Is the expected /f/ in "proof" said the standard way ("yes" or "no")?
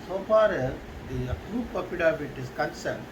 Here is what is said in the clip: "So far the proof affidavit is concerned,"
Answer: no